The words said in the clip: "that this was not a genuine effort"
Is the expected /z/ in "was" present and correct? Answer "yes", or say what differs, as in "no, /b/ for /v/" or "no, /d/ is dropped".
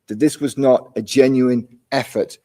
yes